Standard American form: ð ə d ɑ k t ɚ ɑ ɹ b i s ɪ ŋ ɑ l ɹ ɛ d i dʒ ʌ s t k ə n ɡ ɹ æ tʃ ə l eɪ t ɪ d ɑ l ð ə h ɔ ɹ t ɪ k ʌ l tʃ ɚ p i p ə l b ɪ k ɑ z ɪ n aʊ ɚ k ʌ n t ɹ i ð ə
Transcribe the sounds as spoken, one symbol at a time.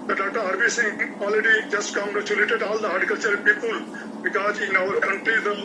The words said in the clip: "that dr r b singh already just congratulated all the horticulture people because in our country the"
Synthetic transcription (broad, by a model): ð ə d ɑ t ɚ ɑ ɹ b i s ɪ ŋ ɑ l ɹ ɛ d i dʒ ʌ s t k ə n ɡ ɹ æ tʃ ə l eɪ t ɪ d ɑ l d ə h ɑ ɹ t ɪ k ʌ l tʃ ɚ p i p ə l b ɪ k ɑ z ɪ n aʊ ɚ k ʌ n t i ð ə